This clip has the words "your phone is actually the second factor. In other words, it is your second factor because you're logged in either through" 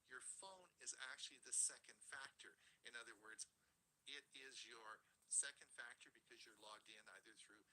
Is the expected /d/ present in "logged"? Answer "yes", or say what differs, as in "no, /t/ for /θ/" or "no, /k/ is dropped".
yes